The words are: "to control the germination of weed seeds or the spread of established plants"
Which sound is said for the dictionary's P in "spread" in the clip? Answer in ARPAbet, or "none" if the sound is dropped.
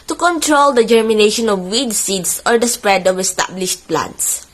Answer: P